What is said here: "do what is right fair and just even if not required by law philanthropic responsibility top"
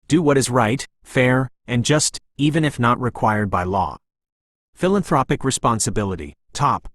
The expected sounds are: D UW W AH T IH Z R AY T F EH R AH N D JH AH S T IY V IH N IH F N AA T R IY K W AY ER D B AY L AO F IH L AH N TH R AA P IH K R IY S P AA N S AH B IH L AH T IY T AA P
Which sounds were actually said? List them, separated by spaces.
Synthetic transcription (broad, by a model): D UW W AH T IH Z R AY T F EH R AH N JH AH S T IY V IH N IH F N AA T R IY K W AY ER D B AY L AO F IH L AH N TH R AA P IH K R IY S P AA N S AH B IH L AH T IY T AA P